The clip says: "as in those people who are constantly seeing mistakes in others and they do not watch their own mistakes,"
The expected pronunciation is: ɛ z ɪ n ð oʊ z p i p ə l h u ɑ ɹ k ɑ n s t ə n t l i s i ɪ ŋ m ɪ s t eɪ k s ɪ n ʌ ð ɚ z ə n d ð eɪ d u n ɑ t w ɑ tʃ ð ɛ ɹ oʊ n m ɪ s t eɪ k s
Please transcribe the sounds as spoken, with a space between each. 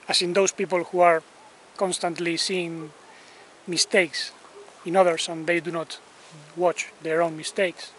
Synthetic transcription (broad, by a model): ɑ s ɪ n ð oʊ s p i p ə l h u ɑ ɹ k ɑ n s t ə n t l i s i ɪ ŋ m ɪ s t eɪ k s ɪ n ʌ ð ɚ s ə n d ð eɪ d u n ɑ t w ɑ tʃ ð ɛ ɹ oʊ n m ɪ s t eɪ k s